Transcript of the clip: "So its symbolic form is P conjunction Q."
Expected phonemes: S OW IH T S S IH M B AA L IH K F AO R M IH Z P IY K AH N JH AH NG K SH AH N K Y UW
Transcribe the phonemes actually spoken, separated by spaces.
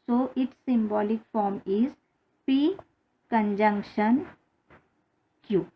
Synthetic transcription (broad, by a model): S OW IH T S S IH M B AA L IH K F AO R M IH Z P IY K AH N JH AH NG K SH AH N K Y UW